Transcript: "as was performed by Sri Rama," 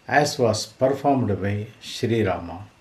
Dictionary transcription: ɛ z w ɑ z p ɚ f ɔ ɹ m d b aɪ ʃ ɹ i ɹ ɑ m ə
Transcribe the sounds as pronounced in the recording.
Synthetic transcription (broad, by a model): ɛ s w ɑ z p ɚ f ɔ ɹ m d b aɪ ʃ ɹ i ɹ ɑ m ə